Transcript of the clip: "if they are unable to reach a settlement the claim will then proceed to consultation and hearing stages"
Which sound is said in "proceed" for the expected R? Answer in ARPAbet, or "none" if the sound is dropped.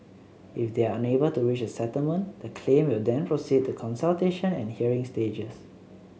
R